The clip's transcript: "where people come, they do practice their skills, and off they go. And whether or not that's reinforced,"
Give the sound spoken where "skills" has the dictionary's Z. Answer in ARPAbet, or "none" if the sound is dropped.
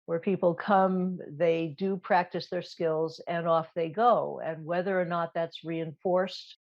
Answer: Z